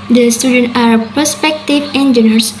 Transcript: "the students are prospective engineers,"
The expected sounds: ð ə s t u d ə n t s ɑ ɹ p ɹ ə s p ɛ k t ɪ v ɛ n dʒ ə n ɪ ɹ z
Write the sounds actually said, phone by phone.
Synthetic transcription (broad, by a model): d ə s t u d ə n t ɑ ɹ p ə s p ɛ k t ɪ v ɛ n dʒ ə n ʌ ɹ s